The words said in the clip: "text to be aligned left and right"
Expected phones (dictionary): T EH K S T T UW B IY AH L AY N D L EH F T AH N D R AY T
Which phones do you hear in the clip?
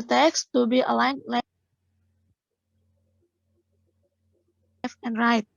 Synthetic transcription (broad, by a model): T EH K S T T UW B IY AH L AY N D L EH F AH N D R AY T